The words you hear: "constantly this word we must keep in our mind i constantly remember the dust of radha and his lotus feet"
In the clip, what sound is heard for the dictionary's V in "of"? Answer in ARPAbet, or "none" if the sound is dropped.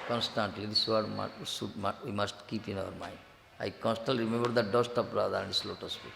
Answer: P